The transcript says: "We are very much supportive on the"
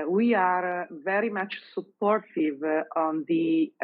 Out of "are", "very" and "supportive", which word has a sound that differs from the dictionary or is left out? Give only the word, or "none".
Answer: none